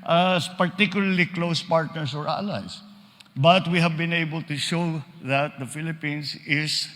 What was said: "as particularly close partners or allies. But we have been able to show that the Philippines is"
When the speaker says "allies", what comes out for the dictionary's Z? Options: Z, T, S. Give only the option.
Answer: S